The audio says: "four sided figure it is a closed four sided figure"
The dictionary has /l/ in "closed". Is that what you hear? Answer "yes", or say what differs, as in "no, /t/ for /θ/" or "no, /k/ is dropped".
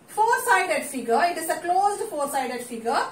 yes